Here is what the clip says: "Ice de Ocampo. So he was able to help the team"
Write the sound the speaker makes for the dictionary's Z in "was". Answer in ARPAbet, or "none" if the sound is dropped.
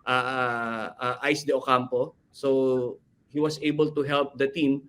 S